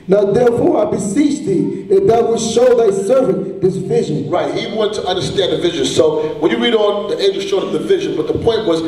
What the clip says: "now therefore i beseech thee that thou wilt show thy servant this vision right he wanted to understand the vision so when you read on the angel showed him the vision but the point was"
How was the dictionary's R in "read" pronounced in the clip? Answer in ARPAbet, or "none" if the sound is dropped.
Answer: R